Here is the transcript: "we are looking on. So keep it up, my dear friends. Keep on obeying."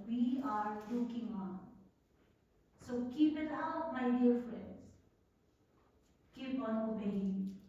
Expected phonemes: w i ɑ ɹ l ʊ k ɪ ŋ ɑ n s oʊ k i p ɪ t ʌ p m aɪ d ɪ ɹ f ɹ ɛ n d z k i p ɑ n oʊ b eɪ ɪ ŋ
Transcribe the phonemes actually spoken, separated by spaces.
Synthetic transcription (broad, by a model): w i ɑ ɹ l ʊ k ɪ ŋ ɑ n s oʊ k i p ɪ t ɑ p m aɪ d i ɹ f ɹ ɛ n d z k i p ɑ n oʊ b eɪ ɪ